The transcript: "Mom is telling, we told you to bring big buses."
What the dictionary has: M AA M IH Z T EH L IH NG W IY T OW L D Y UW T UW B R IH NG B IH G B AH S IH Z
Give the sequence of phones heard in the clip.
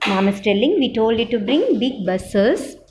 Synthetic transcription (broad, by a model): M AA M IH S T EH L IH NG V IY T OW L D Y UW T UW B R IH NG B IH G B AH S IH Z